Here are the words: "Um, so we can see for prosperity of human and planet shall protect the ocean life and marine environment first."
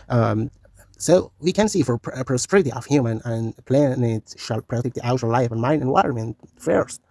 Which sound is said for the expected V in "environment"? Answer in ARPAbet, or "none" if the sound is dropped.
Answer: W